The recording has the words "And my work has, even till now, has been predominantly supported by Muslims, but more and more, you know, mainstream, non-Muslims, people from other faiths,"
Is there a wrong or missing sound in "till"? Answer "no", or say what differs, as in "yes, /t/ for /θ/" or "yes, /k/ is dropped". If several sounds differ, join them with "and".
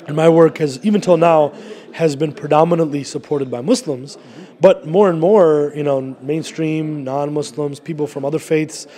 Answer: no